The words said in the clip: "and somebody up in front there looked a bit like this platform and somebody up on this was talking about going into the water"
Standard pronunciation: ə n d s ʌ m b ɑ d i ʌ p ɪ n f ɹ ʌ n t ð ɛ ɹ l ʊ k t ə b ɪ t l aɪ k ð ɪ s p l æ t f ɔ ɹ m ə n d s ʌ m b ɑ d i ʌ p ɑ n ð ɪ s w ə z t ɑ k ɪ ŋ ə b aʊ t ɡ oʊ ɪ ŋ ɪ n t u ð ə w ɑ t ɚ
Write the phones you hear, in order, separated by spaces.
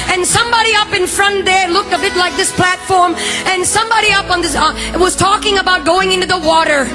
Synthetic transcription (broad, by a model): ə n s ʌ m b ɑ d i ʌ p ɪ n f ɹ ʌ n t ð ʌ ɹ l ʊ k t ə b ɪ t l aɪ k ð ɪ s p l æ t f ɔ ɹ m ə n s ʌ m b ɑ d i ʌ p n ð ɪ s w ə z t ɑ k ɪ ŋ ə b aʊ t ɡ oʊ ɪ ŋ ɪ n t u ð ə w ɑ t ɚ